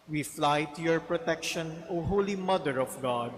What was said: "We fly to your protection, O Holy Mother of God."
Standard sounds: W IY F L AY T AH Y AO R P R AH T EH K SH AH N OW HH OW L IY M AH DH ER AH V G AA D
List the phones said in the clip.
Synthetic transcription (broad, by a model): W IY F L AY T AH Y AO R P R AH T EH K SH AH N OW HH OW L IY M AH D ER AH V G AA D